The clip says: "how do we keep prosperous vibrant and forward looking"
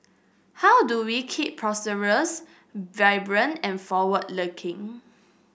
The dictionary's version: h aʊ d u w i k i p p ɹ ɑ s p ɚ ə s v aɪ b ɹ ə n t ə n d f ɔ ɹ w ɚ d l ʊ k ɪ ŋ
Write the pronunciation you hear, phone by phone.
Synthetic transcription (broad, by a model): h aʊ d u w i k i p p ɹ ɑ s ɚ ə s v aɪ b ɹ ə n ə n f ɔ w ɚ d l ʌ k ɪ ŋ